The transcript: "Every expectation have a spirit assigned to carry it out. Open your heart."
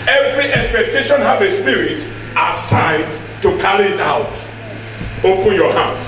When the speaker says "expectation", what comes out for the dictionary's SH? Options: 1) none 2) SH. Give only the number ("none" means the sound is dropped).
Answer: 2